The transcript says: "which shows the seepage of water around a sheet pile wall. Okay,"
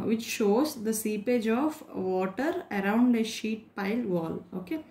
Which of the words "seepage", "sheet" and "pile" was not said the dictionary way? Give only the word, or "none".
none